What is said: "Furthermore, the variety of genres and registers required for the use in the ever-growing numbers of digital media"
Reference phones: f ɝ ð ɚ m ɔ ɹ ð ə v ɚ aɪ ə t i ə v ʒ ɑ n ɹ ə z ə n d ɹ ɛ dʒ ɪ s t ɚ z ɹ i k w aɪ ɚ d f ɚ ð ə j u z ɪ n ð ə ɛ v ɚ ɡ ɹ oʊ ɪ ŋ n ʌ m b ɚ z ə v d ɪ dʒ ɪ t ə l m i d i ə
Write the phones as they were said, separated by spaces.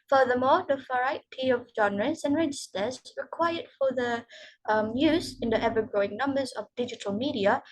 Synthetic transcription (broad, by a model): f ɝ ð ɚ m ɔ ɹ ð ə f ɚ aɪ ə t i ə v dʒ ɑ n ɹ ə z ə n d ɹ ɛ dʒ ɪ s t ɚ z ɹ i k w aɪ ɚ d f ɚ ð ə j u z ɪ n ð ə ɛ v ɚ ɡ ɹ oʊ ɪ ŋ n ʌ m b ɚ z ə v d ɪ dʒ ɪ t ə l m i d i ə